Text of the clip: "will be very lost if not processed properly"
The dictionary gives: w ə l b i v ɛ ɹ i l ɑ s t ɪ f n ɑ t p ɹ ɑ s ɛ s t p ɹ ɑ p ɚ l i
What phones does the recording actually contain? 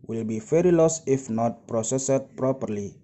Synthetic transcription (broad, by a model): w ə l b i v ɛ ɹ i l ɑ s ɪ f n ɑ t p ɹ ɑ s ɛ s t p ɹ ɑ p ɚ l i